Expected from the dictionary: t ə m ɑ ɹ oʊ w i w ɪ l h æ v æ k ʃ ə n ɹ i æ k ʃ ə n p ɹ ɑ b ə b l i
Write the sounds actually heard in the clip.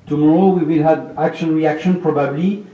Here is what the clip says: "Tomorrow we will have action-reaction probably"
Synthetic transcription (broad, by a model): t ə m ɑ ɹ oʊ w i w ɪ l h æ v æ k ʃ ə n ɹ i æ k ʃ ə n p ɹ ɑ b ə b l i